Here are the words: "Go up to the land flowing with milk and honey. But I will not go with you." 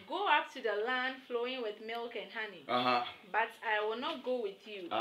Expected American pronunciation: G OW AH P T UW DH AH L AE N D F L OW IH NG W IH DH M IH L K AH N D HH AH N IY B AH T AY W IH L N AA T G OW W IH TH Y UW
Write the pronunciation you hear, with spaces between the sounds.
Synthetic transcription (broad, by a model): G OW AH P T UW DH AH L AE N D F L OW IH NG W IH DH M IH L K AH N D HH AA N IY B AH T AY W IH L N AA T G OW W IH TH Y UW